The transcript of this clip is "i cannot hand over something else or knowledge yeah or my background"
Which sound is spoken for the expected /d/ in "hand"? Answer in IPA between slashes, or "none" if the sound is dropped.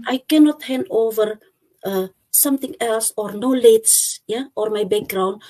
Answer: none